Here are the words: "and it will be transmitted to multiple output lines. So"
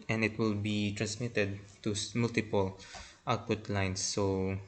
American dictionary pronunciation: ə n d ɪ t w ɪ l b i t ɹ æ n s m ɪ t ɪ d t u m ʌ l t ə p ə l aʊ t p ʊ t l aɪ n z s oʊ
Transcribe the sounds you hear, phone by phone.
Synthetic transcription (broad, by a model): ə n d ɪ t w ɪ l b i t ɹ æ n s m ɪ t ɪ d t u m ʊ l t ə p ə l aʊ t p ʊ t l aɪ n s oʊ